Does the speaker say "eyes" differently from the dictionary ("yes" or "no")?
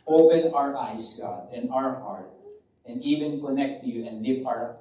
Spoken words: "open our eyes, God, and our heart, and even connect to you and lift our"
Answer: yes